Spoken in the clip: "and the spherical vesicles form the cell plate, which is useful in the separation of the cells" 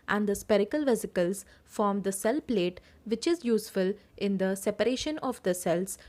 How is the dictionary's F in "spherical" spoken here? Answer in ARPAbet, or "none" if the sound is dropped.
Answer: P